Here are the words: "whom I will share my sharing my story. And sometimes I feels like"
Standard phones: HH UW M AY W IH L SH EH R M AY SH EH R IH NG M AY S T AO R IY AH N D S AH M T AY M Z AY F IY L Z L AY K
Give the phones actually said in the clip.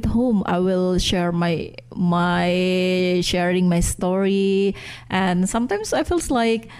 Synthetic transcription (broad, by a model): HH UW M AY W IH L SH EH R M AY SH EH R IH NG M AY S T AO R IY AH N S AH M T AY M S AY F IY L S L AY K